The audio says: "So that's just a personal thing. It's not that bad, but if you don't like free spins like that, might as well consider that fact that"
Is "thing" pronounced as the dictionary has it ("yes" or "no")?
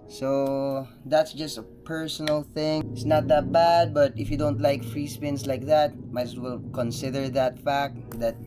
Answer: yes